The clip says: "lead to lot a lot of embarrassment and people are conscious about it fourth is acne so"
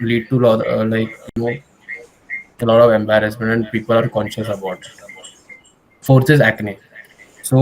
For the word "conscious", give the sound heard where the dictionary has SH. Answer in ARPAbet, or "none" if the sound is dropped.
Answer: SH